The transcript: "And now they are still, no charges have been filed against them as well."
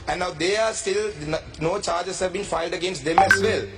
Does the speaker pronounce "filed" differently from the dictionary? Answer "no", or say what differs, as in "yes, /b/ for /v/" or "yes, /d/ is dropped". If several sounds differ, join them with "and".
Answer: no